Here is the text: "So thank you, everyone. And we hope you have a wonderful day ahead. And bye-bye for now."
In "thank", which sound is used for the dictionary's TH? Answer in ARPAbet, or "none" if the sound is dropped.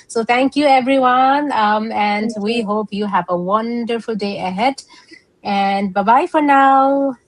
T